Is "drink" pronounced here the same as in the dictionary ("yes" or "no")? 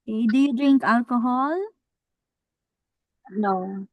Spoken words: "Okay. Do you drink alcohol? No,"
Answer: yes